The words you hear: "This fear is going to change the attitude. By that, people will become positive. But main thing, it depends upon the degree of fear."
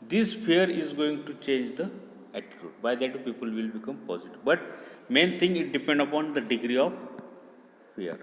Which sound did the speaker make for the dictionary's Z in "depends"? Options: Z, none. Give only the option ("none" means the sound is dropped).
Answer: none